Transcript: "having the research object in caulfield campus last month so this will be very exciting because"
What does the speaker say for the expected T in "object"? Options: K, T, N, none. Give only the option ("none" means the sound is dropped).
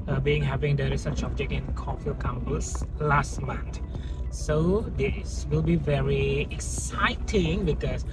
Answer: none